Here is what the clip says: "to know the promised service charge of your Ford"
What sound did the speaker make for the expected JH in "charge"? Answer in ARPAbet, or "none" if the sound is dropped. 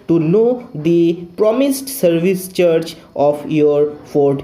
CH